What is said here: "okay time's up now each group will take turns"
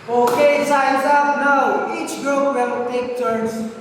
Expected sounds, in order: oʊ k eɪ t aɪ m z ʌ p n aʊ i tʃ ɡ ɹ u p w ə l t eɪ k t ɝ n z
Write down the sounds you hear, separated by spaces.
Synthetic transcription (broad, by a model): oʊ k eɪ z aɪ z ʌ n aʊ i tʃ ɡ ɹ u p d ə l t eɪ k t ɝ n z